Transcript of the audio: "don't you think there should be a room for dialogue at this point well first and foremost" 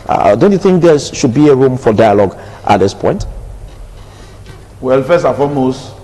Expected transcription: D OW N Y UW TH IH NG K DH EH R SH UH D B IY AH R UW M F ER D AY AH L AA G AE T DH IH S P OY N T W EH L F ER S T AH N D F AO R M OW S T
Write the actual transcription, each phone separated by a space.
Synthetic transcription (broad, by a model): D OW N Y UW TH IH NG K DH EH SH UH D B IY AH R UW M F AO D AY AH L AA G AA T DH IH S P OY N T W EH L F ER S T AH F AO M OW S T